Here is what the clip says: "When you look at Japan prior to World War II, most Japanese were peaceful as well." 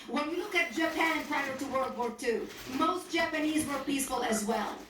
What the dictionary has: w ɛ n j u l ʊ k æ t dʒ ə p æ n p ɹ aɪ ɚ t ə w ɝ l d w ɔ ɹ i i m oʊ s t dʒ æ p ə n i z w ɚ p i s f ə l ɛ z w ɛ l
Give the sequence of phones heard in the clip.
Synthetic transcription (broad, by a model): w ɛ n j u l ʊ k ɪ t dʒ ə p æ n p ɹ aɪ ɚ t ə w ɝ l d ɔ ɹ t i m oʊ s t dʒ æ p ə n i z w ɚ p i s f ə l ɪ z w ɛ l